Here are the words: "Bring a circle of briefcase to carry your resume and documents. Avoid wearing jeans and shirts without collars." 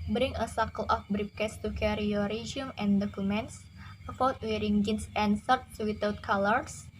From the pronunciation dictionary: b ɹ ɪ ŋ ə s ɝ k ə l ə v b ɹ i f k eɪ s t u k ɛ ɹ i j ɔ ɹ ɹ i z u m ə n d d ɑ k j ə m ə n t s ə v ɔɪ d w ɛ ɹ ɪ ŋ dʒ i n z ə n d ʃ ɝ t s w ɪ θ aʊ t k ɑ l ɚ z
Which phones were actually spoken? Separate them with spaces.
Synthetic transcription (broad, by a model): b ɹ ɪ ŋ ə s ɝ k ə l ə f b ɹ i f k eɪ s t u k ɛ ɹ i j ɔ ɹ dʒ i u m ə n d d ɑ k j ə m ə n t s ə f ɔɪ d w ɛ ɹ ɪ ŋ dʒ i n s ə n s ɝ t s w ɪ t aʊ t k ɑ l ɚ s